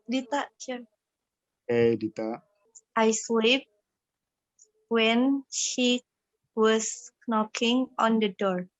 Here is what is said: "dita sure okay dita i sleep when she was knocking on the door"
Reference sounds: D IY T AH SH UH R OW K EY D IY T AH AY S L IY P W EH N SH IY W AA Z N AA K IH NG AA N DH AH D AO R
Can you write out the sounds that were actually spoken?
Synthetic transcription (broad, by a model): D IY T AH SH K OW EY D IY T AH AY S W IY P W EH N SH IY W AA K N AA K IH NG AA N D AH D AO R